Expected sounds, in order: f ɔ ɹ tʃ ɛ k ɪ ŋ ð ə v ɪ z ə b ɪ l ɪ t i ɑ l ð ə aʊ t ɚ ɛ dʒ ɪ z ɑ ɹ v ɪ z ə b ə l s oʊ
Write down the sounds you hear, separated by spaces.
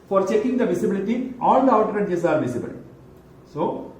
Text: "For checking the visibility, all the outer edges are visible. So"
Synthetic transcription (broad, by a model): f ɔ ɹ tʃ ɛ k ɪ ŋ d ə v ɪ s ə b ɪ l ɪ t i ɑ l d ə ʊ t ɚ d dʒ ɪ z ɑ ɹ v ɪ s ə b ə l s oʊ